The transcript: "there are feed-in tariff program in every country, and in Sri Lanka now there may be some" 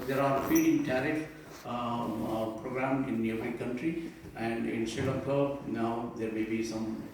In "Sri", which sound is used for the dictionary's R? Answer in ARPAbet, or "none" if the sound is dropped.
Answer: none